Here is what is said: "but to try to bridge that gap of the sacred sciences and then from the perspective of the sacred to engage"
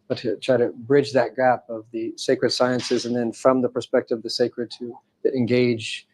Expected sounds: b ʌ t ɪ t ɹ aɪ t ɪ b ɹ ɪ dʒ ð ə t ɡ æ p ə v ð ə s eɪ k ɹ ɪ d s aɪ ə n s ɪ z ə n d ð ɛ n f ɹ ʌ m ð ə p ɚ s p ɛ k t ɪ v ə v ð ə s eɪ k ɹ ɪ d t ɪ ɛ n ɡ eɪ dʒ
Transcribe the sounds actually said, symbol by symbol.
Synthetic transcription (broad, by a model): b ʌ t ɪ t ɹ aɪ t ɪ b ɹ ɪ dʒ ð ə t ɡ æ p ə v ð ə s eɪ k ɹ ɪ d s aɪ ə n s ɪ z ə n ð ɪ n f ɹ ʌ m ð ə p ɚ s p ɛ k t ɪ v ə v ð ə s eɪ k ɹ ɪ d t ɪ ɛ n ɡ eɪ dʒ